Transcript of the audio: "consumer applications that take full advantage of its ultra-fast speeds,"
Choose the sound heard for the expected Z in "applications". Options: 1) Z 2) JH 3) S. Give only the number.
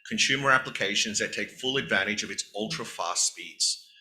1